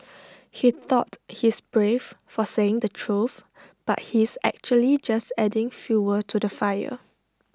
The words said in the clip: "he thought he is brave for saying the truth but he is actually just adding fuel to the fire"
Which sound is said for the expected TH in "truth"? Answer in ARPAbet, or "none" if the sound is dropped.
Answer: F